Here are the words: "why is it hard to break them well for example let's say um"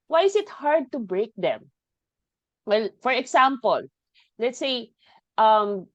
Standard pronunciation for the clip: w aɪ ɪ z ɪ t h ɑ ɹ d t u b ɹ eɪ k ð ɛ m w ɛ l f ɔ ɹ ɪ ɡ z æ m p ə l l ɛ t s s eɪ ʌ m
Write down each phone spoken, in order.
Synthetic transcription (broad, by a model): w aɪ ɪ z ɪ t h ɑ ɹ d t u b ɹ eɪ k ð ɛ m w ɛ l f ɔ ɹ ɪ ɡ s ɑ m p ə l l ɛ t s s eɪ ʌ m